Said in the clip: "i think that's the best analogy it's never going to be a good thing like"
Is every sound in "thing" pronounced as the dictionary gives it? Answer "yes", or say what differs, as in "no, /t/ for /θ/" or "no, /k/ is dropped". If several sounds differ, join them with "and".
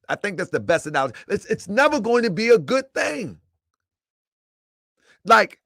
yes